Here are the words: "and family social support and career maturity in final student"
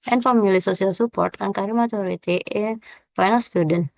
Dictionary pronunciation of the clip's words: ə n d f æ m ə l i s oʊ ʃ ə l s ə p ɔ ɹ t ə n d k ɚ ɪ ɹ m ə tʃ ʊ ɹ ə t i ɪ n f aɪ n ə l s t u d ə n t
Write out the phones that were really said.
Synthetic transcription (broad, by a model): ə n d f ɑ m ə l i s oʊ s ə l s ə p ɔ ɹ t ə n k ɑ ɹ m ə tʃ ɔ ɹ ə t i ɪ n f aɪ n ə l s t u d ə n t